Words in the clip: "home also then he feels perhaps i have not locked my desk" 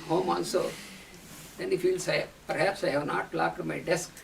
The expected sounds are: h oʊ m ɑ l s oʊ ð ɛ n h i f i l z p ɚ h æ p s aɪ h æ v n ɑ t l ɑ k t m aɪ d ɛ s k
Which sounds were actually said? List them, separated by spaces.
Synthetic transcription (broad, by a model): h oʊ m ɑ n s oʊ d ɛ n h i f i l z p ɚ h æ p s aɪ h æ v n ɑ t l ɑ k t m aɪ d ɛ s k